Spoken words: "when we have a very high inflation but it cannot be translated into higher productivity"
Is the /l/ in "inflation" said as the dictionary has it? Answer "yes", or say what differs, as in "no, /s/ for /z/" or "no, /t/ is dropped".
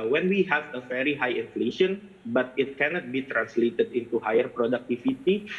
yes